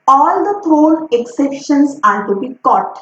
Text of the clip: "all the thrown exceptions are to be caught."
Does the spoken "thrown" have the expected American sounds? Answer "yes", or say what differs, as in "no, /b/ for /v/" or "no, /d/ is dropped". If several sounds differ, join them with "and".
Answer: no, /t/ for /θ/ and /l/ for /n/